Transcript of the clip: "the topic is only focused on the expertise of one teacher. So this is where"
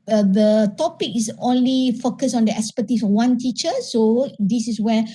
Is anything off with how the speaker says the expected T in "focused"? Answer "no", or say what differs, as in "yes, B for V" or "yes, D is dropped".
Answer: yes, T is dropped